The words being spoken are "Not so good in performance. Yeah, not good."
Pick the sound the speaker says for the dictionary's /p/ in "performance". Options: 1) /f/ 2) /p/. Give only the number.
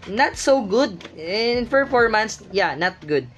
1